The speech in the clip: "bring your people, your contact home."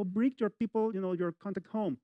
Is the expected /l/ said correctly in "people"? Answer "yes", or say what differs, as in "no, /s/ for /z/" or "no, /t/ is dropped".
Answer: no, /n/ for /l/